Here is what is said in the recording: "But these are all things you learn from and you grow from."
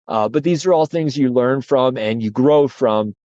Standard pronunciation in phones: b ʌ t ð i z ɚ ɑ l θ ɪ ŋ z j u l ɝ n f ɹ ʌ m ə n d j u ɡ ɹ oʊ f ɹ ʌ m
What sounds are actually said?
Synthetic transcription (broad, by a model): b ʌ t ð i z ɚ ɑ l θ ɪ ŋ z j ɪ l ɝ n f ɹ ʌ m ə n j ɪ ɡ ɹ oʊ f ɹ ʌ m